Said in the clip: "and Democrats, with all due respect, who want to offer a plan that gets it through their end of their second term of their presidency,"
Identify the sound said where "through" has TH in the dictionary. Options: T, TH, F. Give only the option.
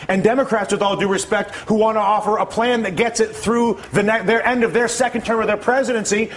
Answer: TH